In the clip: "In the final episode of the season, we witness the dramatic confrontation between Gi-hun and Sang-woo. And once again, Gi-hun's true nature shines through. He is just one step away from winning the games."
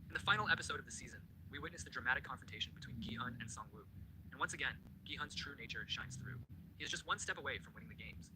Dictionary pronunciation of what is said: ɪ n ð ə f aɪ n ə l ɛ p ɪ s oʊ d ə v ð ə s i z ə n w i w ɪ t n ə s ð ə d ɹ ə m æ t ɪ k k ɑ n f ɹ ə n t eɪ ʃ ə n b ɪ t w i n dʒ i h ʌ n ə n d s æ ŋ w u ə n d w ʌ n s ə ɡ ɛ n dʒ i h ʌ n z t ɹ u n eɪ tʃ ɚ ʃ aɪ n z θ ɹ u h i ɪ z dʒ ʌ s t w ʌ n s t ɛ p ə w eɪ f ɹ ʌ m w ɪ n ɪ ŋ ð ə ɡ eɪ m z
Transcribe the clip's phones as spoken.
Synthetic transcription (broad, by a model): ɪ n ð ə f aɪ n l ɛ p ɪ s oʊ d ə v ð ə s i z ə n w i w ɪ t n ə s ð ə d ɹ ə m æ t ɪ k k ɑ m f ɹ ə n t eɪ ʃ n b ɪ t w i n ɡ i h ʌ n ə n s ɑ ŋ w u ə n w ʌ n s ə ɡ ɛ n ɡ i h ʌ n z t ɹ u n eɪ tʃ ɚ ʃ aɪ n z θ ɹ u h i ɪ z dʒ ʌ s t w ʌ n s t ɛ p ə w eɪ f ɹ ʌ m w ɪ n ɪ ŋ ð ə ɡ eɪ m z